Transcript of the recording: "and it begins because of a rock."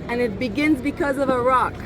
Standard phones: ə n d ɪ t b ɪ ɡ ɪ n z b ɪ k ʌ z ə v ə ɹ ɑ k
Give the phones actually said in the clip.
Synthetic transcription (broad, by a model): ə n ɪ t b ɪ ɡ ɪ n z b ɪ k ʌ z ə v ə ɹ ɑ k